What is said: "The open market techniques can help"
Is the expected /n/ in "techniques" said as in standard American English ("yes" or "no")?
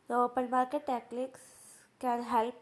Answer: no